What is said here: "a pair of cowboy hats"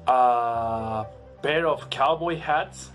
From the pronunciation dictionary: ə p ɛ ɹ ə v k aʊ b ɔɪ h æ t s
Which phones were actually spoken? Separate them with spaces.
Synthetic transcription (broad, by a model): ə b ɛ ɹ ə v k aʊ b ɔɪ h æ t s